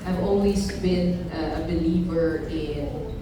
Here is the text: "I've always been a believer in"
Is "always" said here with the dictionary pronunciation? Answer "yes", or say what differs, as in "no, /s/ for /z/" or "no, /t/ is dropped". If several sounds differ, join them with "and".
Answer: no, /n/ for /l/